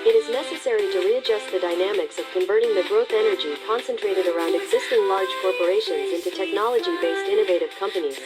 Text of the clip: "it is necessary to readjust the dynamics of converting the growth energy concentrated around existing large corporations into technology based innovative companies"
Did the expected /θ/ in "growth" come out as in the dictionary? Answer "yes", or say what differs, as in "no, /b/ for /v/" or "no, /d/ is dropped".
yes